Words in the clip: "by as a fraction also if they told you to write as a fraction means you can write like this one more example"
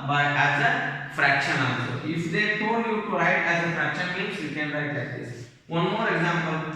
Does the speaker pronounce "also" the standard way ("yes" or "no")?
no